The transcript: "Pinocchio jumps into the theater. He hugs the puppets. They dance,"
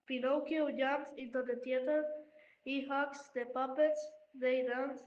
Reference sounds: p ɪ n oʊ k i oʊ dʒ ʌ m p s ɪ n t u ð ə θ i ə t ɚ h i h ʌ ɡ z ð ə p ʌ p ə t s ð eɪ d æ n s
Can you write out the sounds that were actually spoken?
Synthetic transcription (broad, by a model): p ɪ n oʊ k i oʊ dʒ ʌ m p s ɪ n t u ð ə t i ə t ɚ h i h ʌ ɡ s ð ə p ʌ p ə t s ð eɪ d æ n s